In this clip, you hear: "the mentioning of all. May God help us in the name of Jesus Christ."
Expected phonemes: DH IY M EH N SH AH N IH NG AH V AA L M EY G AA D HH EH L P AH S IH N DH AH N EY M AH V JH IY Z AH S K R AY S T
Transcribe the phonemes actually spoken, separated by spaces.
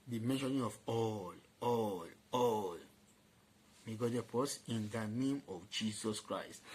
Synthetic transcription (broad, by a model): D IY M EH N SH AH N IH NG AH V AA L M EY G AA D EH P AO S IH N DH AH N EY M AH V JH IY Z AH S K R AY S T